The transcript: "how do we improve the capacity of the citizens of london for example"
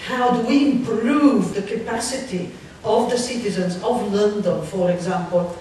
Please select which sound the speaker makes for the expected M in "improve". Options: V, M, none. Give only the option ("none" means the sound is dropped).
M